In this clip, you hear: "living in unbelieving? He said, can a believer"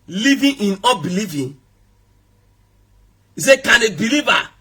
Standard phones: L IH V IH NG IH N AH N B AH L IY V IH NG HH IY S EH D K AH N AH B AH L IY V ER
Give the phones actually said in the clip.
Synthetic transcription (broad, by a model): L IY V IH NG IH N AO B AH L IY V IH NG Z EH K AH N AH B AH L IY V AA